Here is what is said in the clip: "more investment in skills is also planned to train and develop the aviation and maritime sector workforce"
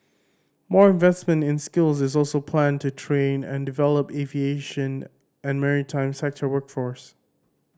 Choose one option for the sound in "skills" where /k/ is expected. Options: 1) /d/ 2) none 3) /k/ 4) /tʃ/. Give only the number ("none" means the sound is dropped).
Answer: 3